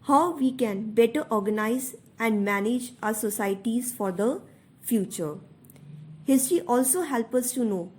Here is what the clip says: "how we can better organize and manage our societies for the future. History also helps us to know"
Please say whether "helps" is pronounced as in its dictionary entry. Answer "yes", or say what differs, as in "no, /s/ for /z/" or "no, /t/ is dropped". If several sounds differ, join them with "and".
no, /s/ is dropped